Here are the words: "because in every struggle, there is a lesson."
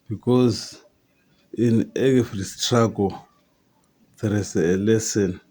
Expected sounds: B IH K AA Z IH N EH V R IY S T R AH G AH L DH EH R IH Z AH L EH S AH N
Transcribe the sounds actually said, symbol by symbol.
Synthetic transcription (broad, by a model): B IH K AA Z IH N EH F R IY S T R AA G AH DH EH R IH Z AH L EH S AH N